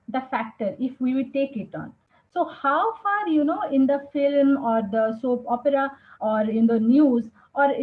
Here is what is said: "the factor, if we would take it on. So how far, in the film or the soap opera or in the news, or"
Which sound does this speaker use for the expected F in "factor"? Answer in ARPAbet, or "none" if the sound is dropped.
F